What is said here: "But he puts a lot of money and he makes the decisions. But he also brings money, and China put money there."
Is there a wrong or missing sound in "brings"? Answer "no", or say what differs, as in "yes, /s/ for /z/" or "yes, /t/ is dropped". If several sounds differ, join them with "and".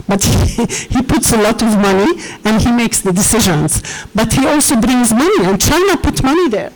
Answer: no